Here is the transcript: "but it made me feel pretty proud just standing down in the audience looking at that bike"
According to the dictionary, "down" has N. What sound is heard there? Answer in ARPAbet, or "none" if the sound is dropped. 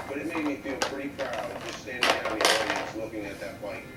none